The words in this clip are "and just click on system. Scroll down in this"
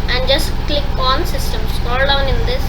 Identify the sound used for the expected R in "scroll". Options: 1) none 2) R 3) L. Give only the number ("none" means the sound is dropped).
1